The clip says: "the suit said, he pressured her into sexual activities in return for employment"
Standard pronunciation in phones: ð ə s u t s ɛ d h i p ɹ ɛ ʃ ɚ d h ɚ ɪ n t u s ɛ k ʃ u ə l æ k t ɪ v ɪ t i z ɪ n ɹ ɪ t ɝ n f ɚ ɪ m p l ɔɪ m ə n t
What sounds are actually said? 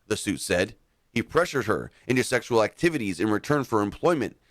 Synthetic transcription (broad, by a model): ð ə s u t s ɛ d h i p ɹ ɛ ʃ ɚ d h ɚ ɪ n t u s ɛ k ʃ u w l æ k t ɪ v ɪ t i z ɪ n ɹ ɪ t ɝ n f ɚ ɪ m p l ɔɪ m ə n t